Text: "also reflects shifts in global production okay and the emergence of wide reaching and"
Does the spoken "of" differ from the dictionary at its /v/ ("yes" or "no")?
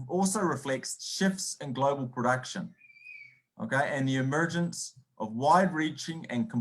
no